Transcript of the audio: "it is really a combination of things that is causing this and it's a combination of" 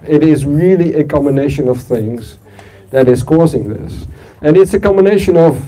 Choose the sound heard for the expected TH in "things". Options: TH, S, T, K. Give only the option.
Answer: TH